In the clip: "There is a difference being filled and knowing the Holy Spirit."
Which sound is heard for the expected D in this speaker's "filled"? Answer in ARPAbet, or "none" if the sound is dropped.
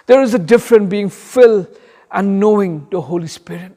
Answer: none